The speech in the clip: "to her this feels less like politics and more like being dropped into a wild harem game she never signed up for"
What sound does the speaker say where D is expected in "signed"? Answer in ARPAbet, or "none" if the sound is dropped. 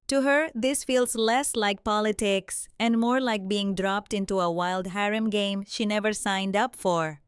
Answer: D